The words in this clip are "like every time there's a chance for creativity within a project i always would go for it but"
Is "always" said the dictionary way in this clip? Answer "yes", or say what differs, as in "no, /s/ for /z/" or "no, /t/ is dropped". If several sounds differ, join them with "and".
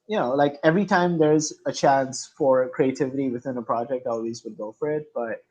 yes